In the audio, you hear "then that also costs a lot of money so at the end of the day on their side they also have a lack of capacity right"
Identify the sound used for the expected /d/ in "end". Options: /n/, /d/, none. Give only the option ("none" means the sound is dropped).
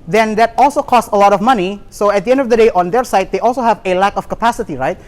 /d/